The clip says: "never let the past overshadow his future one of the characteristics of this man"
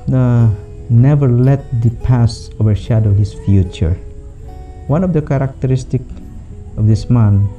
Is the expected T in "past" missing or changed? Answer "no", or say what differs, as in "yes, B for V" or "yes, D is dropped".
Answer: yes, T is dropped